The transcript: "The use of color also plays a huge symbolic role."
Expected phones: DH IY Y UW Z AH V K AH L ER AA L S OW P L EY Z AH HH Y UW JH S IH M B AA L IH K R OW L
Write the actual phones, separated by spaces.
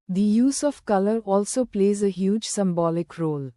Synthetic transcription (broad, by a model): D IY Y UW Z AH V K AH L ER AA L S OW P L EY Z AH HH Y UW JH S IH M B AA L IH K R OW L